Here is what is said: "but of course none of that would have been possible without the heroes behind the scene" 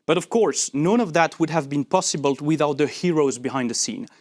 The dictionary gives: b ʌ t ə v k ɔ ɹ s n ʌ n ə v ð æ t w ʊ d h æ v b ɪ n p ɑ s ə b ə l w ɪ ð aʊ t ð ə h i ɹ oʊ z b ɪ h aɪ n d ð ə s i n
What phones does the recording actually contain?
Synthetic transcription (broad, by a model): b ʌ t ə v k ɔ ɹ s n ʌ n ə v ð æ t w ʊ d h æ v b ɪ n p ɑ s ə b ə l w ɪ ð aʊ t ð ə h i ɹ oʊ z b ɪ h aɪ n d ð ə s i n